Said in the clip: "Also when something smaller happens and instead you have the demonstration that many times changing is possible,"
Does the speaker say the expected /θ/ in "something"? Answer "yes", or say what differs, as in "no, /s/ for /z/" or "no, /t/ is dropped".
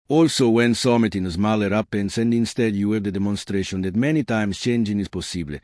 no, /t/ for /θ/